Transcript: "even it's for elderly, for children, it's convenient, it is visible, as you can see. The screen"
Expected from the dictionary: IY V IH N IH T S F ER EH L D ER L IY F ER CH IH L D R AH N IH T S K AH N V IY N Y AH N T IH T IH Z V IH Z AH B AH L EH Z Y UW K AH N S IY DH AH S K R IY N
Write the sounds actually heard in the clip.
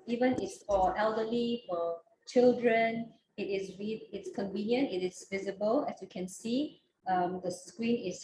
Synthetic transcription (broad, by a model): IY V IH N IH T S F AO EH L D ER L IY F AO CH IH L D R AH N IH T S K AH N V IY N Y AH N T IH T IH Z V IH Z AH B AH L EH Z Y UW K AH N S IY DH AH S K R IY N